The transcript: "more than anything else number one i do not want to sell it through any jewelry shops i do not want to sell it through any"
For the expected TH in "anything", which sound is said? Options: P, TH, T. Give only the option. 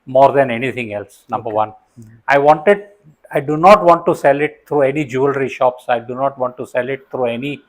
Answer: T